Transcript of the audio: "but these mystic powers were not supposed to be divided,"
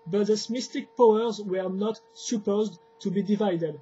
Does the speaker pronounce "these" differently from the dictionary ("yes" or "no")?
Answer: yes